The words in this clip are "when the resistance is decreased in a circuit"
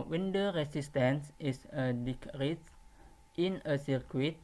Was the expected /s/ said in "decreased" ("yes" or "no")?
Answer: no